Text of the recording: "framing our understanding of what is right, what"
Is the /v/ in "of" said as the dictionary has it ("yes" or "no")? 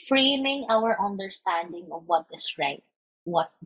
yes